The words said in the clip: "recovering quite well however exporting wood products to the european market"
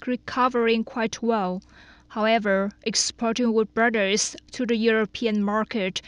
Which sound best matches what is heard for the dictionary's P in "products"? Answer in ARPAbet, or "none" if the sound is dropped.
B